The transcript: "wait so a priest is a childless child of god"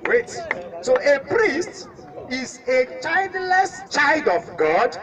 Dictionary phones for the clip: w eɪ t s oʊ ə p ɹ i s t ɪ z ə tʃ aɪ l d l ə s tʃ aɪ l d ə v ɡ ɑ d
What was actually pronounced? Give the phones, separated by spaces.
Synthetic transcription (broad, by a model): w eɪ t s oʊ ə p ɹ i s t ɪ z ə tʃ aɪ l d l ə s tʃ aɪ l d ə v ɡ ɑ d